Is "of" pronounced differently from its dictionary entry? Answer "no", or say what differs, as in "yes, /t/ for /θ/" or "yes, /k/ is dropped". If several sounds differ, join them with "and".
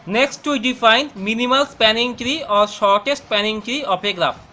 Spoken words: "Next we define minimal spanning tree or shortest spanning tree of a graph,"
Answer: yes, /p/ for /v/